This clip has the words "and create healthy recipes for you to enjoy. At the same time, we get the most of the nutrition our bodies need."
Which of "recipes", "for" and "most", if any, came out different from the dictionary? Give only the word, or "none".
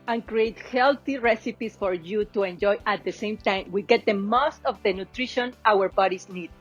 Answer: recipes